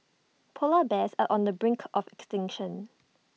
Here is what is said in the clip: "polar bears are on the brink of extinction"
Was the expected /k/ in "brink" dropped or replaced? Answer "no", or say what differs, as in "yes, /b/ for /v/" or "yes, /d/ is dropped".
no